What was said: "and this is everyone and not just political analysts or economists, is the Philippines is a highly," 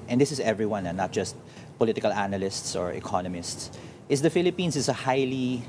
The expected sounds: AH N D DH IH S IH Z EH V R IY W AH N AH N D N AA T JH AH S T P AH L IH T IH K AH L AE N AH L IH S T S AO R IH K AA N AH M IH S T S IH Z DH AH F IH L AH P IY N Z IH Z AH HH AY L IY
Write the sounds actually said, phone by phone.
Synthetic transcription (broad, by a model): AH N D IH S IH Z EH V R IY W AH N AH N N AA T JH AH S T P AH L IH T IH K AH L AE N AH L IH S T S AO R IH K AA N AH M IH S T S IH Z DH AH F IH L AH P IY N S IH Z AH HH AY L IY